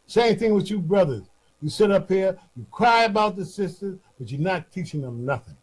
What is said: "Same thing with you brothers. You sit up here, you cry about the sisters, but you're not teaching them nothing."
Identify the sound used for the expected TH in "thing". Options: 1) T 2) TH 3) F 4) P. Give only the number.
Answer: 2